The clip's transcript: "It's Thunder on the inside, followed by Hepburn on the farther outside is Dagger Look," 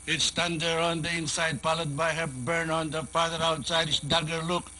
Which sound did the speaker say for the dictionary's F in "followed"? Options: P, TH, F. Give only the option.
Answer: P